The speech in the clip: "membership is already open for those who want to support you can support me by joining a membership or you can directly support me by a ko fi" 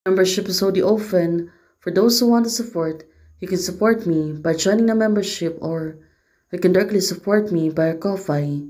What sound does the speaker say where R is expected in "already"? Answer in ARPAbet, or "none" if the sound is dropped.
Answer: none